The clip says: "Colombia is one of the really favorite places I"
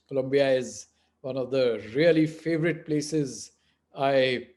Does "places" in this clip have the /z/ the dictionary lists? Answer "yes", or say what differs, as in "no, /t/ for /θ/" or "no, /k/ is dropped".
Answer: yes